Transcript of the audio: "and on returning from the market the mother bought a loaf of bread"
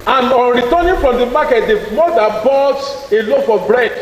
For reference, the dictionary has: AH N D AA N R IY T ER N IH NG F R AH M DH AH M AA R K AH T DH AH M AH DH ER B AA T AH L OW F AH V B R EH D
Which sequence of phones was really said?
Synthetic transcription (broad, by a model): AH N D AA N R IY T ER N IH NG F R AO M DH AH M AA K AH T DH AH M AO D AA B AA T AH L OW F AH B R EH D